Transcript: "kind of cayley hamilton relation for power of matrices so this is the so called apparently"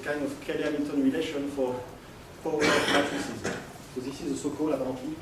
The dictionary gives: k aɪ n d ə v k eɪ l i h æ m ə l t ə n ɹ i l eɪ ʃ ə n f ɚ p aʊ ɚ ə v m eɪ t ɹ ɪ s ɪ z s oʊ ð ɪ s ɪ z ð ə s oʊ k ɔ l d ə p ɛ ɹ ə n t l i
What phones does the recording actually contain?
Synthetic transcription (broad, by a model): k aɪ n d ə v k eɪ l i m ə t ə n ɹ i l eɪ ʃ ə n f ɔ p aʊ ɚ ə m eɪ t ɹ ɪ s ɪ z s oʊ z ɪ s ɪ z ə s oʊ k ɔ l ə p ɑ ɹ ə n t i